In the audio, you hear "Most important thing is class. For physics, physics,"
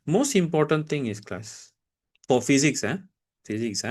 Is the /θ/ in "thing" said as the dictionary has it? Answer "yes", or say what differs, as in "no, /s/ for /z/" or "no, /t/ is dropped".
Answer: no, /t/ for /θ/